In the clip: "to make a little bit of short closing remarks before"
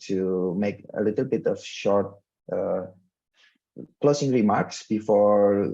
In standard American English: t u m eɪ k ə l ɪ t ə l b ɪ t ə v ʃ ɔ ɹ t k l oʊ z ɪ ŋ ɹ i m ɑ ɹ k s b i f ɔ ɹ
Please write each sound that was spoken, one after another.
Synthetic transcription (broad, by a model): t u m eɪ k ə l ɪ t ə l b ɪ t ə f ʃ ɔ ɹ t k l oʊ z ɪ ŋ ɹ i m ɑ ɹ k s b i f ɔ ɹ